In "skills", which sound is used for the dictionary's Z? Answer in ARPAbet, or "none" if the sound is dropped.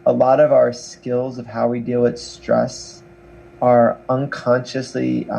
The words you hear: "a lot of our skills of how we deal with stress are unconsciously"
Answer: Z